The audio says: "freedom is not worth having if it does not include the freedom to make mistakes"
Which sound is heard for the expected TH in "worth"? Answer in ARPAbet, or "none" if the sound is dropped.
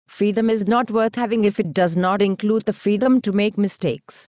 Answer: T